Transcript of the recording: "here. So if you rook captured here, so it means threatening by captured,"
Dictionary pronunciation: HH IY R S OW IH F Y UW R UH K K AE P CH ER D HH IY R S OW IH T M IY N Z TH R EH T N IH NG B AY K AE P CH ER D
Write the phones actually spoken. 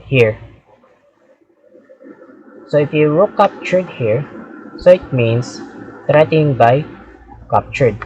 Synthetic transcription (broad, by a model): HH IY R S OW IH F Y UW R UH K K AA P CH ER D HH IY R S OW IH T M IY N S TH R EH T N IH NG B AY K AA P CH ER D